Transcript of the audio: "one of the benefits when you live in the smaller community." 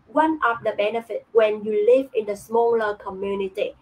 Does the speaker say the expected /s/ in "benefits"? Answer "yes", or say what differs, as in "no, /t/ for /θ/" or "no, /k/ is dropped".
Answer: no, /s/ is dropped